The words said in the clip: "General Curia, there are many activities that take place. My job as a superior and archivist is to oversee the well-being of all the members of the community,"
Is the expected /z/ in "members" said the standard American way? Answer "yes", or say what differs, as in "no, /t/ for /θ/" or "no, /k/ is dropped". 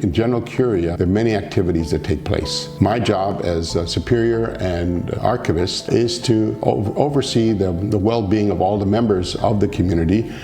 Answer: yes